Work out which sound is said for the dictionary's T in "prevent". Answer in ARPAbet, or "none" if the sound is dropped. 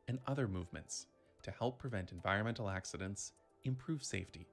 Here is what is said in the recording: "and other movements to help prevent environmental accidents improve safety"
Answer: T